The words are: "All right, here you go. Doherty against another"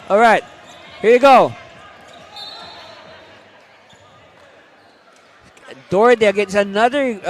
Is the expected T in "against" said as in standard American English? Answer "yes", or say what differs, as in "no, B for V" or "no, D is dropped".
no, T is dropped